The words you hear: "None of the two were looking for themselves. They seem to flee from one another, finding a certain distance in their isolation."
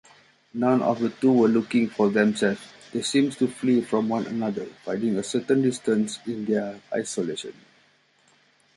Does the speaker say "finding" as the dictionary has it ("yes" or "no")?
no